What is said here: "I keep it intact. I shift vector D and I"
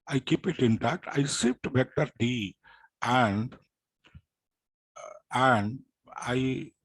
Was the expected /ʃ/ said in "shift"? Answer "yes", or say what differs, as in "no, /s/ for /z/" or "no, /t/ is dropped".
no, /s/ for /ʃ/